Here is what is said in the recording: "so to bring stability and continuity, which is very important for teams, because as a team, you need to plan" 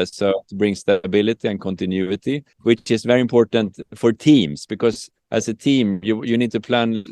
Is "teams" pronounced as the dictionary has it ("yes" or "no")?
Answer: no